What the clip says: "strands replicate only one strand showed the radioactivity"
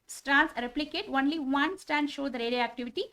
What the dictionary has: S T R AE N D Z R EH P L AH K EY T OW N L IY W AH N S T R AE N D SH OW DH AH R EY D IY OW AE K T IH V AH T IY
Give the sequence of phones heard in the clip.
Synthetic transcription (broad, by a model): S T R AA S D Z R EH P L AH K EY T OW N L IY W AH N S T AE N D SH OW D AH R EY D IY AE K T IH V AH T IY